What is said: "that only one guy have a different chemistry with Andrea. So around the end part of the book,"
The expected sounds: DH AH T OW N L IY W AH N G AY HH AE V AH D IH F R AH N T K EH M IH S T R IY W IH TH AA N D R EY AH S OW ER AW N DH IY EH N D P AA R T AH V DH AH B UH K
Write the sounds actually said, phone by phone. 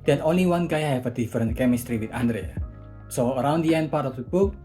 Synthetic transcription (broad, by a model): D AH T OW N L IY W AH N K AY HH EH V AH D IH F R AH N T K EH M IH S T R IY W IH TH AA N D R EY AH S OW ER AW N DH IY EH N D P AA R T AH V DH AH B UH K